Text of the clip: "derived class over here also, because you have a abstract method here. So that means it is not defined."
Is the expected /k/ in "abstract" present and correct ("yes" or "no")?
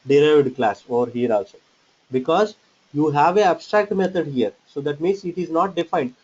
yes